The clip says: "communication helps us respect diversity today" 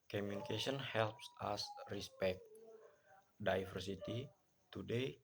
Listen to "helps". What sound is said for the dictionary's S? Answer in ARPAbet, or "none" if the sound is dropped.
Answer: S